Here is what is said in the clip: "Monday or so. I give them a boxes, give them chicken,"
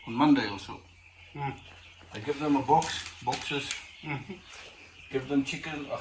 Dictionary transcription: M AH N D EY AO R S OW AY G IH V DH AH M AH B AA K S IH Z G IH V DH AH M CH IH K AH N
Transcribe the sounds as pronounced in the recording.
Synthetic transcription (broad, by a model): M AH N D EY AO L S OW AY G IH V DH AH M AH B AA K S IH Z G IH V DH AH M CH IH K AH N